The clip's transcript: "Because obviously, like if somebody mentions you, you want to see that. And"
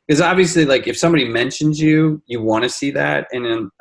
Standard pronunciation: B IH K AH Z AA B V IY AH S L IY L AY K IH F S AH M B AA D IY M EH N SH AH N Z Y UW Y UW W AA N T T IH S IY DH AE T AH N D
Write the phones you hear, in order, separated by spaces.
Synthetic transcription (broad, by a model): K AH Z AA B V IY AH S L IY L AY K IH F S AH M B AA D IY M EH N SH AH N Z Y UW Y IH W AA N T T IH S IY DH AE T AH N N